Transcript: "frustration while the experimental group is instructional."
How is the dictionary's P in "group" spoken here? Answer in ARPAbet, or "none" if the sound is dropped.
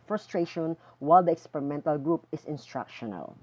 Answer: P